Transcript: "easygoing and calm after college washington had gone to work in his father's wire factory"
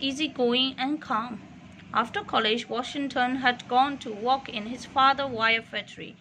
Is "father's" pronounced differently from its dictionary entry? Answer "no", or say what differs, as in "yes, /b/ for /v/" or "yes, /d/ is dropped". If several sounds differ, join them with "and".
yes, /z/ is dropped